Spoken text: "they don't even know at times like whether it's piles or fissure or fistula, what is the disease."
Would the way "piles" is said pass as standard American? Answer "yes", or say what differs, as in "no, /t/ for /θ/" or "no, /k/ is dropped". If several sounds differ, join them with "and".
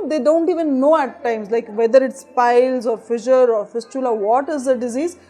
yes